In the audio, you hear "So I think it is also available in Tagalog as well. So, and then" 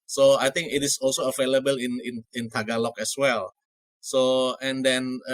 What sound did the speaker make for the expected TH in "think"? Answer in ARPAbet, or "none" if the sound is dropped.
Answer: T